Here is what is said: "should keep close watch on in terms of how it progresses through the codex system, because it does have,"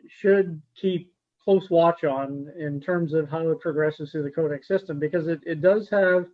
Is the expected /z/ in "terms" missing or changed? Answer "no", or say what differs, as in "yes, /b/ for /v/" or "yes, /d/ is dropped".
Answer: no